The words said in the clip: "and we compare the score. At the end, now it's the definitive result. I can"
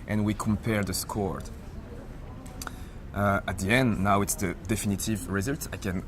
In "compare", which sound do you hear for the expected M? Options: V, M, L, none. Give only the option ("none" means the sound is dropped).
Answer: M